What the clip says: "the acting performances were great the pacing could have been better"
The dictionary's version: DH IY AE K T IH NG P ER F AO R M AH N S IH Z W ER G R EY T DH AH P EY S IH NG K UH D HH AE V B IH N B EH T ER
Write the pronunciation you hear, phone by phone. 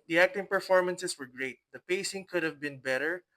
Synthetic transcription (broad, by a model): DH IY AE K T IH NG P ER F AO R M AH N S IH S W ER G R EY T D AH P EY S IH NG K UH D HH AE V B IH N B EH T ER